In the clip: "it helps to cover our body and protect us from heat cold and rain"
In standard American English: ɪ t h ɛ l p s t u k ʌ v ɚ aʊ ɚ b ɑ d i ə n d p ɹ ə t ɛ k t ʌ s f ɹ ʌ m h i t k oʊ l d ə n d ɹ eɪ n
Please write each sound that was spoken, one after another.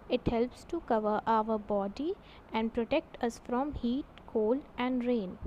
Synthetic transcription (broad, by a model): ɪ t h ɛ l p s t u k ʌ v ɚ aʊ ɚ b ɑ d i ə n d p ɹ ə t ɛ k t ʌ s f ɹ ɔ m h i t k oʊ l ə n d ɹ eɪ n